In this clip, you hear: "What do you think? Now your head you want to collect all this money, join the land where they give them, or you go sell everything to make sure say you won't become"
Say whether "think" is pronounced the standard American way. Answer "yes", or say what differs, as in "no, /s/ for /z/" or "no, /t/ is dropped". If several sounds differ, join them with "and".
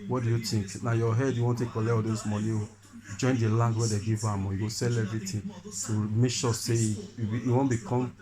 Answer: no, /t/ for /θ/